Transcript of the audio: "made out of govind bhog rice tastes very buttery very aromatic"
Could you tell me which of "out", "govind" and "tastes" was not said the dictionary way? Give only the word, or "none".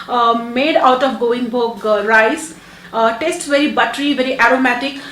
govind